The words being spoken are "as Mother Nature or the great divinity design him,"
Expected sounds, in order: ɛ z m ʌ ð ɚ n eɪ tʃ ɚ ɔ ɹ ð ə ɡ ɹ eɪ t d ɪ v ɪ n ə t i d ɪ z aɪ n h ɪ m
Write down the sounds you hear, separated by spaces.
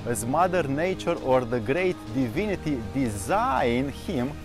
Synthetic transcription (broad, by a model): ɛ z m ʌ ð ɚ n eɪ tʃ ɚ ɔ ɹ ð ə ɡ ɹ eɪ t d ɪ v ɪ n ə t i d ɪ z aɪ n h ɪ m